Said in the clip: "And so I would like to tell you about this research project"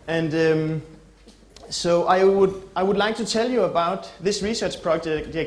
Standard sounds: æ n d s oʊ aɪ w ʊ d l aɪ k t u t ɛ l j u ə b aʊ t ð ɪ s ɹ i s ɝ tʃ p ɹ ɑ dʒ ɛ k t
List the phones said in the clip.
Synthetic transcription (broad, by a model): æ n d s oʊ aɪ w ʊ d l aɪ k t u t ɛ l j u ə b aʊ t ð ɪ s ɹ i s ɝ tʃ p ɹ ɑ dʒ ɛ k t